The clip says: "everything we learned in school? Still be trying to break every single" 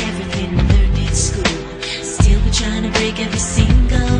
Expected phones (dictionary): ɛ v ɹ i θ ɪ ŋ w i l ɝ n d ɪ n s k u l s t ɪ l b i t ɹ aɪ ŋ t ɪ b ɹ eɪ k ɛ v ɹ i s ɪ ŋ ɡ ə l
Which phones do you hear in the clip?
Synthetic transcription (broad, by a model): ɛ v ɹ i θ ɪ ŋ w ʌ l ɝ d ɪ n s k u l s t ɪ l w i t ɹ aɪ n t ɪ b ɹ eɪ k ɛ v ɹ i s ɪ ŋ ɡ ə l